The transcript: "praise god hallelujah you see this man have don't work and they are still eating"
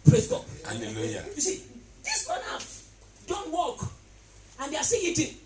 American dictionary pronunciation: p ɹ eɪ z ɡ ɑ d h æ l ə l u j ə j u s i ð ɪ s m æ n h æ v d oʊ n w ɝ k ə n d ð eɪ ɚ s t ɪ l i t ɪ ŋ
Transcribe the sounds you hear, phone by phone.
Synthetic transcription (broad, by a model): p ɹ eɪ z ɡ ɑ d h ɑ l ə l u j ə j u s i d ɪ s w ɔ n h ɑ f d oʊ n w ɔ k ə n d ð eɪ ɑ s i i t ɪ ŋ